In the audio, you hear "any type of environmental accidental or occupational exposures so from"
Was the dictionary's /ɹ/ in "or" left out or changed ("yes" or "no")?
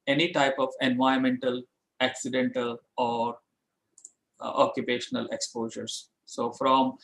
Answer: no